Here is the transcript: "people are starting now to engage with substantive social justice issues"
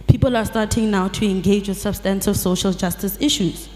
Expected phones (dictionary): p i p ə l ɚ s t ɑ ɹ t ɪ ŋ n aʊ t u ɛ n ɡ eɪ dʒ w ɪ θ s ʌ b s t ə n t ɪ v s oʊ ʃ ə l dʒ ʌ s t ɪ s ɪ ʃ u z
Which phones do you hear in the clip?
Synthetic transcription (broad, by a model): p i p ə l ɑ s t ɑ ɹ t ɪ ŋ n aʊ t u ɛ n ɡ eɪ dʒ w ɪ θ s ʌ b s t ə n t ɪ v s oʊ ʃ ə l dʒ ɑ s t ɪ s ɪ ʃ u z